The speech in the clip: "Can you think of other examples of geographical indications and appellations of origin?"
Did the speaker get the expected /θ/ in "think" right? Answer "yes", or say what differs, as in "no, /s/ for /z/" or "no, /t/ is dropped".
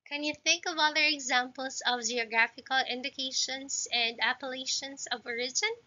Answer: yes